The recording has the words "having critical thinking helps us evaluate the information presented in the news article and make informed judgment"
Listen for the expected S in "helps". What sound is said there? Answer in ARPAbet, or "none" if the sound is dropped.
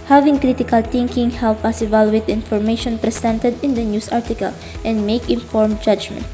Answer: none